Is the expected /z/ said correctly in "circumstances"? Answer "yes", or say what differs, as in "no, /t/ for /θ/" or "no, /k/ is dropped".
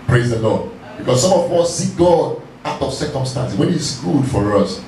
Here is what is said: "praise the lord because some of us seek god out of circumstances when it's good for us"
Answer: no, /z/ is dropped